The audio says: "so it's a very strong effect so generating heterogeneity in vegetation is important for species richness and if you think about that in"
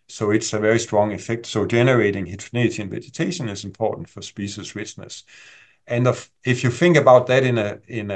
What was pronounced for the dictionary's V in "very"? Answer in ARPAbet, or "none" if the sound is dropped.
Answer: V